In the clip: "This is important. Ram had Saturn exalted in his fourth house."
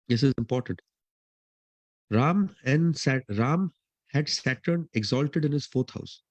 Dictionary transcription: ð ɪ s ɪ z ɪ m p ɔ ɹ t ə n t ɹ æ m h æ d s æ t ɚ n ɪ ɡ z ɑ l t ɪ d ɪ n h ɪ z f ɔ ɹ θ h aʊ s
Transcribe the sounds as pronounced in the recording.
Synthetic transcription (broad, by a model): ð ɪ s ɪ z ɪ m p ɔ ɹ t ə n t ɹ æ m h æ d s æ t ɚ n ɪ ɡ z ɑ l t ɪ d ɪ n h ɪ z f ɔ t h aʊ s